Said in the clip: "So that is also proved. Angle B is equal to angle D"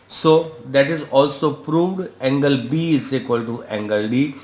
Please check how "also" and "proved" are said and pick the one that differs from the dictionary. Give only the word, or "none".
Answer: none